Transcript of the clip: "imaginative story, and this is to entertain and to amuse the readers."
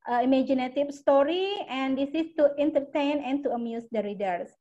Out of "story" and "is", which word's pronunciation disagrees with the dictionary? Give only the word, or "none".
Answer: is